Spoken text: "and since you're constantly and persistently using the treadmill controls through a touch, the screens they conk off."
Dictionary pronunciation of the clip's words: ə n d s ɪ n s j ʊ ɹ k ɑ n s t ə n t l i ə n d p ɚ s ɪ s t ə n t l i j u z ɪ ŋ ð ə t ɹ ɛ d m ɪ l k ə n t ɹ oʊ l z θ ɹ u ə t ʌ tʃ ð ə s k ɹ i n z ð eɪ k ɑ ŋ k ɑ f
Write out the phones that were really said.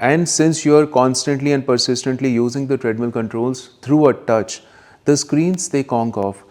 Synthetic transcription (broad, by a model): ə n d s ɪ n s j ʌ ɹ k ɑ n s t ə n t l i ə n d p ɚ s ɪ s t ə n t l i j u z ɪ ŋ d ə t ɹ ɛ d m ɪ l k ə n t ɹ oʊ l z t ɹ u ə t ʌ tʃ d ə s k ɹ i n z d eɪ k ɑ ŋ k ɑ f